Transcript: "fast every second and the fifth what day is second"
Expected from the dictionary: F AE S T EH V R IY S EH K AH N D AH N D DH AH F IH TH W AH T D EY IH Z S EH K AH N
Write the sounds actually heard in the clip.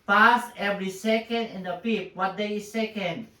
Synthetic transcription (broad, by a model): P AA S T EH V R IY S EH K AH N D AH N D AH P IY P W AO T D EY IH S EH K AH N